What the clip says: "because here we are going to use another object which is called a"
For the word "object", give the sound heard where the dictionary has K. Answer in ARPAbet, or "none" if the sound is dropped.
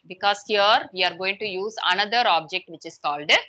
K